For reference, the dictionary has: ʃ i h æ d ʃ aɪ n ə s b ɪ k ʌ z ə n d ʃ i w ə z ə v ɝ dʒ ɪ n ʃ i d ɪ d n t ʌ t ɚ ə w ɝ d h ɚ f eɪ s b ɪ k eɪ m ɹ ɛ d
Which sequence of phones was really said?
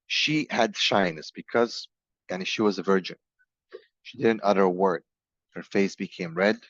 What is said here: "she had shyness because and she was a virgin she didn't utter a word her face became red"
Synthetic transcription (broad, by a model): ʃ i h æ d ʃ aɪ n ə s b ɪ k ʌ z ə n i ʃ i w ə z ə v ɝ dʒ ɪ n ʃ i d ɪ d n t ʌ t ɚ ə w ɝ d h ɚ f eɪ s b ɪ k eɪ m ɹ ɛ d